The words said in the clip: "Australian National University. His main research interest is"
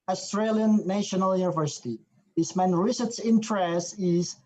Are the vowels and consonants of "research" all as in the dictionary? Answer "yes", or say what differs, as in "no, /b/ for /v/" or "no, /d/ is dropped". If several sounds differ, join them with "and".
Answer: no, /s/ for /tʃ/